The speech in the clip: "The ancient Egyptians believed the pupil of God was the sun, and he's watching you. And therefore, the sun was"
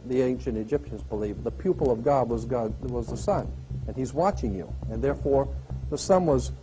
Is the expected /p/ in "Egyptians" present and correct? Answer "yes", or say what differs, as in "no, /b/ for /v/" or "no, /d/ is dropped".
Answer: yes